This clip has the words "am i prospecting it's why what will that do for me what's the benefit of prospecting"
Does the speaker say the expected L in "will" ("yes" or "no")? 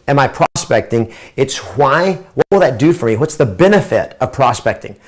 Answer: yes